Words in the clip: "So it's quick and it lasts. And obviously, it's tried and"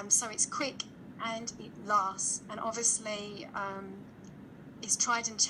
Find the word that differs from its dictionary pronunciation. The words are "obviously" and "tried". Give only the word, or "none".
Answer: obviously